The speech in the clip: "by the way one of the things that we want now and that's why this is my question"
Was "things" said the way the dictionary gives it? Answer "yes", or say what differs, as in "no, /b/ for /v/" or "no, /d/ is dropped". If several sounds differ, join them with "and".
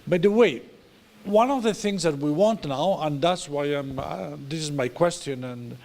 yes